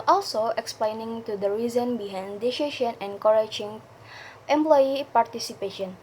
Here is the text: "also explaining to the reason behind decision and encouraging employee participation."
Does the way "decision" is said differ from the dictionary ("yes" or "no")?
yes